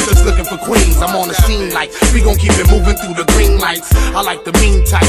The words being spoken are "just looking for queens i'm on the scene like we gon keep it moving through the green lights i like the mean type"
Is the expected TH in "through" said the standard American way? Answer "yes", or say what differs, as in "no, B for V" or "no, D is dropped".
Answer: yes